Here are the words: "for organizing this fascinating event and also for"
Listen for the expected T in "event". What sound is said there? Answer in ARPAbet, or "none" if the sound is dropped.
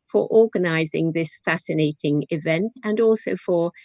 T